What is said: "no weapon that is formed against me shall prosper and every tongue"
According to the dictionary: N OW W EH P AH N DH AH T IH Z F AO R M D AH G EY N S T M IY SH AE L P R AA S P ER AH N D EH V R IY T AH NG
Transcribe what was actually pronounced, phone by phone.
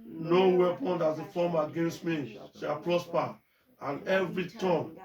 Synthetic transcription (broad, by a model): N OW W EH P AH N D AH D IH F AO M AH G EY N S T M IY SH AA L P R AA S P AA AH N EH V R IY T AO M